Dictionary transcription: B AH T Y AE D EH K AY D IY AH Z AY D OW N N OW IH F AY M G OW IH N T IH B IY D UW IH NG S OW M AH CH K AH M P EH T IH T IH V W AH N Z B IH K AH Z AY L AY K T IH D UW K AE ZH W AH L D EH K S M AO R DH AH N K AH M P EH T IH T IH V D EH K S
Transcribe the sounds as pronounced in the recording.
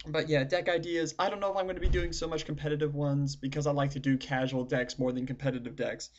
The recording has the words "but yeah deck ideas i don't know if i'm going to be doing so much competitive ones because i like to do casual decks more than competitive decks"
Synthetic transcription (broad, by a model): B AH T Y AE D EH K AY D IY AH Z AY D OW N N OW IH F AY M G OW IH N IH B IY D UW IH NG S OW M AH CH K M P EH T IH T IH V W AH N Z B IH K AH Z AY L AY K T IH D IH K AE ZH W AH L D EH K S M AO R DH AH N K M P EH T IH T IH V D EH K S